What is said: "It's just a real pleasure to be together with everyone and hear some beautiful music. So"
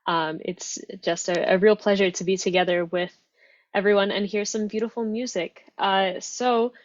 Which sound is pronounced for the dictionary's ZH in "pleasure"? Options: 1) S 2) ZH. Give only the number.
2